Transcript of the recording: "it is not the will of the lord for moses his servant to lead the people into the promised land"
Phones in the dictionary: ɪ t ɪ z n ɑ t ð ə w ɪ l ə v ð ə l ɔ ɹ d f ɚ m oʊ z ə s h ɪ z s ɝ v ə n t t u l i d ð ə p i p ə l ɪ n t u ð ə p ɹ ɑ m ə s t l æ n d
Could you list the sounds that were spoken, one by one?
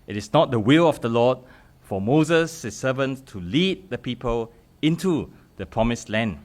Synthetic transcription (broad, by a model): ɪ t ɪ s n ɑ t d ə w ɪ l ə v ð ə l ɔ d f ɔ m oʊ z ə s h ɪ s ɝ v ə n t t u l i d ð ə p i p ə l ɪ n t u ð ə p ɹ ɑ m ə s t l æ n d